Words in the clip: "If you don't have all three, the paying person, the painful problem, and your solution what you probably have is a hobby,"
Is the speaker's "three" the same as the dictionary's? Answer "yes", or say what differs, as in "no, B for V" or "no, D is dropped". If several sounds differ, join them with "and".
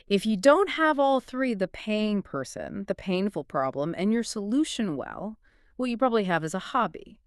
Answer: yes